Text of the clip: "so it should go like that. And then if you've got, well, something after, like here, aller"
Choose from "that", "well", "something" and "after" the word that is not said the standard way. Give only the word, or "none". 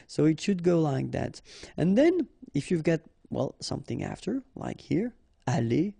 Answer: none